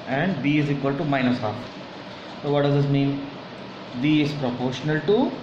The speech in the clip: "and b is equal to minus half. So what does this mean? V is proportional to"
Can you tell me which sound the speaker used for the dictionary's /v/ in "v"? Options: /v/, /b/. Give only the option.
/b/